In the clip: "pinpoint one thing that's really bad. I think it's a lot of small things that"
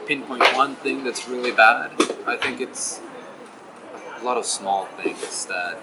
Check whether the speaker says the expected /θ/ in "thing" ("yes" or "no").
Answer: yes